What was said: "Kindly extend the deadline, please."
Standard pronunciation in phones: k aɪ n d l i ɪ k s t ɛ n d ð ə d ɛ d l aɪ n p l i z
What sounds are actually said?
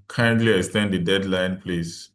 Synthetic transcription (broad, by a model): k aɪ n d l i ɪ s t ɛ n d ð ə d ɛ d l aɪ n p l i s